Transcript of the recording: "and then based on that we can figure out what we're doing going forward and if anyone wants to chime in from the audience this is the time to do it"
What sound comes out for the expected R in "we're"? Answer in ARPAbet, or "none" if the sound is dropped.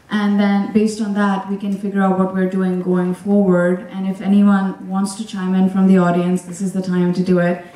R